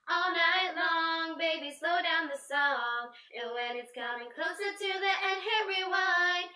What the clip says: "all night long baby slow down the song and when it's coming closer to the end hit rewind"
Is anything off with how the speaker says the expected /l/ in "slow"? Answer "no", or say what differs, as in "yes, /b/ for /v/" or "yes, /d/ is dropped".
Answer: no